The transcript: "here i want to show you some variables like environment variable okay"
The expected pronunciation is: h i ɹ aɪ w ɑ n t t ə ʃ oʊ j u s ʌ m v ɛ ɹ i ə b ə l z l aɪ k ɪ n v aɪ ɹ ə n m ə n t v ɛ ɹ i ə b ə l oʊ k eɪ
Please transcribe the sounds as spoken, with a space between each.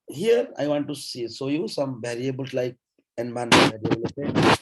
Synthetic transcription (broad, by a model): h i ɹ aɪ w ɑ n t s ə s oʊ j u s ʌ m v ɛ ɹ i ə b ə l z l aɪ k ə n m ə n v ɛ ɹ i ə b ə l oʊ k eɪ